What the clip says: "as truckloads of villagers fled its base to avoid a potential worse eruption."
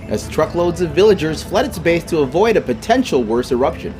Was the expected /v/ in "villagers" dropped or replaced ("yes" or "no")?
no